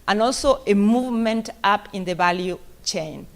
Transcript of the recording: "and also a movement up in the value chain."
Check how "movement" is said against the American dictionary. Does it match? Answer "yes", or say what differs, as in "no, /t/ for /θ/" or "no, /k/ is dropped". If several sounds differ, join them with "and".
yes